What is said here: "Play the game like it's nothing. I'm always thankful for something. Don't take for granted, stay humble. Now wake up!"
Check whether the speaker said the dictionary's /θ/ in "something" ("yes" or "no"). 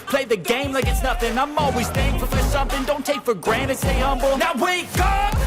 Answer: yes